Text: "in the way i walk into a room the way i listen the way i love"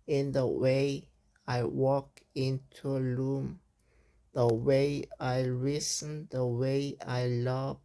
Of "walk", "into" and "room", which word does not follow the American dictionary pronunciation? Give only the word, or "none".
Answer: room